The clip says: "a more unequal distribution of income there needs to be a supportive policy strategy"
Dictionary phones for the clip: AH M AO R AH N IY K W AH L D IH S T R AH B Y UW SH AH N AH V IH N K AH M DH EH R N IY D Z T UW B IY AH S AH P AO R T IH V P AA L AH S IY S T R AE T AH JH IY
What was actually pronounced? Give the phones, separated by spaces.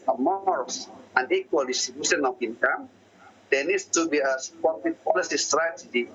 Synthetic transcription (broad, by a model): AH M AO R AH N IY K W AH L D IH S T AH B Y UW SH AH N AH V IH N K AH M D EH N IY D S T UW B IY AH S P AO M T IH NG P AA L AH S IY S T R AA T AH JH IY